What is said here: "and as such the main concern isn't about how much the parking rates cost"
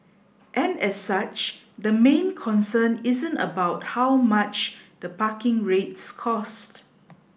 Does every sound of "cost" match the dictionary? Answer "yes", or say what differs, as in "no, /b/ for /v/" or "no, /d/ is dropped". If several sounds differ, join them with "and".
yes